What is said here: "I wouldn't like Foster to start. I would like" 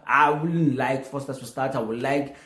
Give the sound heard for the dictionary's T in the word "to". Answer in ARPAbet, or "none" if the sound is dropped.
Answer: S